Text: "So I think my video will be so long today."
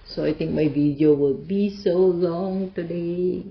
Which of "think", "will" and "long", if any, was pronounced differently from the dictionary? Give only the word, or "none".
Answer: think